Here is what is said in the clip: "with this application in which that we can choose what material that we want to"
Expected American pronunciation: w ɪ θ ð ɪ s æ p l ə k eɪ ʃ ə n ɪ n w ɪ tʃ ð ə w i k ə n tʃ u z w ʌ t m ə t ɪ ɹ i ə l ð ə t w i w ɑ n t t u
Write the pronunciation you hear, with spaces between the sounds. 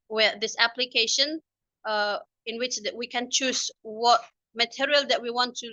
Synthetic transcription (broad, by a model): w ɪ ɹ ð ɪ s æ p l ə k eɪ ʃ ə n ɪ n w ɪ tʃ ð w i k ə n tʃ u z w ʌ t m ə t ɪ ɹ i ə l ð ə t w i w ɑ n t t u